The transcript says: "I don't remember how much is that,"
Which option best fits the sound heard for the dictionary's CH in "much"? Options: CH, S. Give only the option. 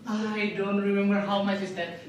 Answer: S